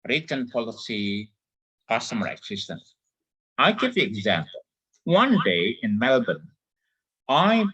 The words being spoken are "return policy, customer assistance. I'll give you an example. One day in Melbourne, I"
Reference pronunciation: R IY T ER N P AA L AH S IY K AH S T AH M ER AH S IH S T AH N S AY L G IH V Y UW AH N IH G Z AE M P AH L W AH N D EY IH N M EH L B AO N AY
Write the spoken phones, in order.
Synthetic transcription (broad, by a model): R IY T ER N P AA L AH S IY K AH S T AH M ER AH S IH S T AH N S AY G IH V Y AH IH G Z AE M P AH L W AH N D EY IH N M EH L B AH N AY